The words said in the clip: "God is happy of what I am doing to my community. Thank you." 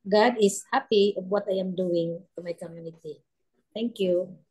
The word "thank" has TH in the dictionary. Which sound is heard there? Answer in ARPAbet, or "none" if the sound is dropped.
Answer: T